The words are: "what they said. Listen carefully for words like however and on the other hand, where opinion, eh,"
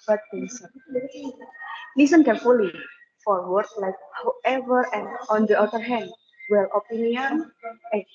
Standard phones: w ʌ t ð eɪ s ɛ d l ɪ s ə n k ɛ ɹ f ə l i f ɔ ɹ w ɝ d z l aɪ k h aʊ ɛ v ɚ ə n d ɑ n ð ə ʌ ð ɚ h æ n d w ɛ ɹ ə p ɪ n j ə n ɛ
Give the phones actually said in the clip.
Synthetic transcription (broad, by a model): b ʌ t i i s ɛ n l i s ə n k ɛ ɹ f ə l i f ɔ ɹ w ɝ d l aɪ k h aʊ ɛ v ɚ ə n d ɑ n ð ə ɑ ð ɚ h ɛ n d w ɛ l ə p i n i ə n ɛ